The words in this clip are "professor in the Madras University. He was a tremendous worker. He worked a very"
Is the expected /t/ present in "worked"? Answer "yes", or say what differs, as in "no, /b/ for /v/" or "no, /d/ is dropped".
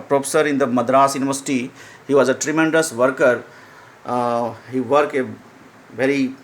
no, /t/ is dropped